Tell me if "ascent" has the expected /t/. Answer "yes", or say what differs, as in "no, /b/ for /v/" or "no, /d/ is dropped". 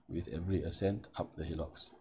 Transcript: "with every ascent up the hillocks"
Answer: yes